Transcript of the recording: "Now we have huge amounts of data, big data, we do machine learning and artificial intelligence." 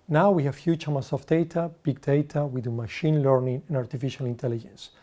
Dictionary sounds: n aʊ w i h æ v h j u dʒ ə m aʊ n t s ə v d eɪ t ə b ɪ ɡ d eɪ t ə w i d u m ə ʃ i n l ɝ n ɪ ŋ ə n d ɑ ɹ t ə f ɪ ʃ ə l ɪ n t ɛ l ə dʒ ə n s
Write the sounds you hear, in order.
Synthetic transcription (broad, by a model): n aʊ w i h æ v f j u tʃ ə m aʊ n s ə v d eɪ t ə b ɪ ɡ d eɪ t ə w i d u m ə ʃ i n l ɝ n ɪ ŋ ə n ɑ ɹ t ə f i ʃ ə l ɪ n t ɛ l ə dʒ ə n s